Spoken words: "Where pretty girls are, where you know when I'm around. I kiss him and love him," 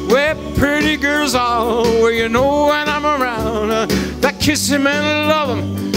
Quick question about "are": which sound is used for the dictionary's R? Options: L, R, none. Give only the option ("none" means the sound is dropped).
L